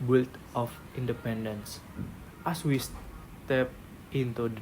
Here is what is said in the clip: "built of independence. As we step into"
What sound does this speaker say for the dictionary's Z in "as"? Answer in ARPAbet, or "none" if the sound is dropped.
S